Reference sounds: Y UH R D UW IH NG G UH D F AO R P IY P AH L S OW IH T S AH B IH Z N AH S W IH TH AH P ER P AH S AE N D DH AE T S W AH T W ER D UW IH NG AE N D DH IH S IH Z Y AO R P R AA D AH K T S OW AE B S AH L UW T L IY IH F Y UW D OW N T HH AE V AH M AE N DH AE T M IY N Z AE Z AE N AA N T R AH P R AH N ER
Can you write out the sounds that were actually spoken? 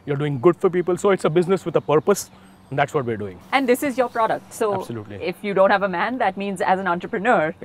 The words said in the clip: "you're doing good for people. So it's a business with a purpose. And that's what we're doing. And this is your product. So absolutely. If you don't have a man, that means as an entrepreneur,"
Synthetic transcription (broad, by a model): Y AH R D UW IH NG G UH D F AO R P IY P AH L S OW IH T S AH B IH Z N AH S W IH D AH P ER P AH S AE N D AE T S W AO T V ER D UW IH NG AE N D IH S IH Z Y AO R P R AA D AH K T S OW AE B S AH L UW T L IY IH F Y UW D OW N T HH AE V AH M AE N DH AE T M IY N Z AE Z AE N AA N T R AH P R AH N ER